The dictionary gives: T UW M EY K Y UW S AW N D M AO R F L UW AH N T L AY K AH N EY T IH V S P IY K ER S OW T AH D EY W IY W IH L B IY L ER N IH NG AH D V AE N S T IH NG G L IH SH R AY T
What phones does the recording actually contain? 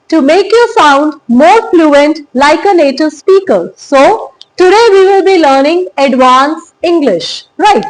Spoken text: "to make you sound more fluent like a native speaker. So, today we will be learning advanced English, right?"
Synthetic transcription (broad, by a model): T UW M EY K Y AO S AW N D M AO R F L UW AH N T L AY K AH N EY T IH V S P IY K ER S OW T AH D EY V IY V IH L B IY L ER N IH NG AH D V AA N S IH NG G L IH SH R AY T